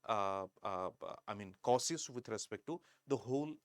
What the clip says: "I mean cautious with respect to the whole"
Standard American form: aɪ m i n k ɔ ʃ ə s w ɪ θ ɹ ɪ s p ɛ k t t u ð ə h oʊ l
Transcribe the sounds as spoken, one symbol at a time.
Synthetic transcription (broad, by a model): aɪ m i n k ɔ s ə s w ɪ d ɹ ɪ s p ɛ k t t u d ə h oʊ l